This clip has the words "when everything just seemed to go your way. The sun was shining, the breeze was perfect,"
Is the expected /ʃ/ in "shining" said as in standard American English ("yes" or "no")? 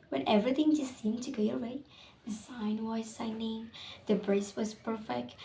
no